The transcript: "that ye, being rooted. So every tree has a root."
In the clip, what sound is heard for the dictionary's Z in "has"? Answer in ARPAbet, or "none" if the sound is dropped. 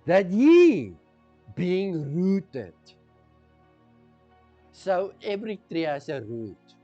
S